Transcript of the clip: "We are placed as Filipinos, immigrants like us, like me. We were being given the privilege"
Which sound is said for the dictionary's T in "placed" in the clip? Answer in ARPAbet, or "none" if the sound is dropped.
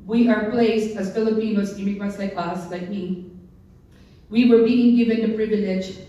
T